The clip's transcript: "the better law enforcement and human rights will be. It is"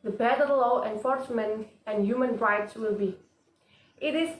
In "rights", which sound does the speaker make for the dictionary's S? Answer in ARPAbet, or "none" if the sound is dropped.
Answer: S